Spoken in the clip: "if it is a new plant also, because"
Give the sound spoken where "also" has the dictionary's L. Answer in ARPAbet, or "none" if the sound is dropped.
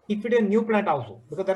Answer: W